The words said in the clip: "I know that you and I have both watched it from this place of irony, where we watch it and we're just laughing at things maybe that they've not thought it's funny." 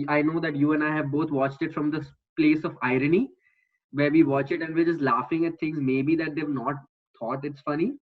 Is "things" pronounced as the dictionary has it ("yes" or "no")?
no